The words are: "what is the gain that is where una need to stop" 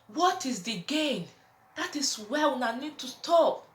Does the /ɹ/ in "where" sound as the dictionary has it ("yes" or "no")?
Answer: no